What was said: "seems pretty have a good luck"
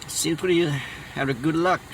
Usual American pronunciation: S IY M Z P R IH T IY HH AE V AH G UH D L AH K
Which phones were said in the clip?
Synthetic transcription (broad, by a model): S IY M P L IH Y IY HH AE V AH G UH D L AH K